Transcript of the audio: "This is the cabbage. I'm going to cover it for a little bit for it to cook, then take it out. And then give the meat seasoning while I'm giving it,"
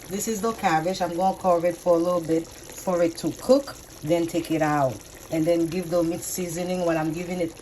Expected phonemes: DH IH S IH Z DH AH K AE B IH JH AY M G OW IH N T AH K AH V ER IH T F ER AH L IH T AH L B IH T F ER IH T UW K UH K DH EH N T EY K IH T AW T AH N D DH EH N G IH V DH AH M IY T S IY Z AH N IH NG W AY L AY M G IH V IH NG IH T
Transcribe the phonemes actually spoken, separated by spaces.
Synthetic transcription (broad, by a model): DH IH S IH Z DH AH K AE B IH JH AY M G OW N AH K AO ER IH T F ER AH L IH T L B IH T F ER IH T UW K UH K DH EH N T EY K IH T AW T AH N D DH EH N G IH V DH AH M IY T S IY Z AH N IH NG W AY N AY M G IH V IH NG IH T